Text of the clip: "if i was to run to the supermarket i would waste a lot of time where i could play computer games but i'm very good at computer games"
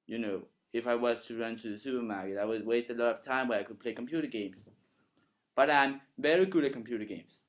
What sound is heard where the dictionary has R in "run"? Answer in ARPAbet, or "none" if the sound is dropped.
R